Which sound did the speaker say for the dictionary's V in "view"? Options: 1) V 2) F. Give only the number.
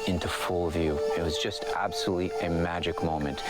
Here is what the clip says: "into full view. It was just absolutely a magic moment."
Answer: 1